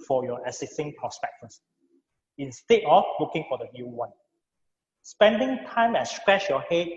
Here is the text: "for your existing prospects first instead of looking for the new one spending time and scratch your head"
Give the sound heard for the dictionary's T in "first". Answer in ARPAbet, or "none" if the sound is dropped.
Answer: none